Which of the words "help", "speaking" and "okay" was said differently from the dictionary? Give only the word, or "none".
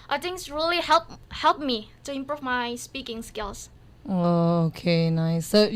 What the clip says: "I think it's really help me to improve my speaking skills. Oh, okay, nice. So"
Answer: none